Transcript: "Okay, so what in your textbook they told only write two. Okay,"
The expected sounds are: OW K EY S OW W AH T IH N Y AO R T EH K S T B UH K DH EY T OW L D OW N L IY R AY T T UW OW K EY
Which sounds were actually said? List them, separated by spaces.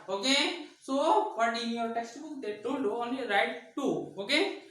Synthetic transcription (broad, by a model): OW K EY S OW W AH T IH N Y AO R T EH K S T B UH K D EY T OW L OW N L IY R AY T T UW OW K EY